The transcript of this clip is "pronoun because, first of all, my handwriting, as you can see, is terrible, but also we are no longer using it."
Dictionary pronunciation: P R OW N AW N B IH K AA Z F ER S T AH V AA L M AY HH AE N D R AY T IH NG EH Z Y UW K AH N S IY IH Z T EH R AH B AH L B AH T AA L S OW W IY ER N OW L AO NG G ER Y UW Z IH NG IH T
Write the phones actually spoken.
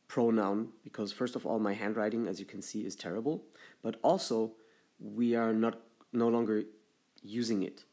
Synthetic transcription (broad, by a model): P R OW N AW N B IH K AA Z F ER S T AH V AA L M AY HH AE N D R AY T IH NG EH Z Y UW K N S IY IH Z T EH R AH B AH L B AH T AA L S OW W IY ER N OW L AO NG G ER Y UW Z IH NG IH T